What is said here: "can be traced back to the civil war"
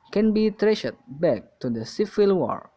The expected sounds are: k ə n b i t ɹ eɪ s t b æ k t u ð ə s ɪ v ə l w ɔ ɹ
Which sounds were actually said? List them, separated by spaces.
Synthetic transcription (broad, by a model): k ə n b i t ɹ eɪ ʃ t b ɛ k t u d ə s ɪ f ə l w ɔ ɹ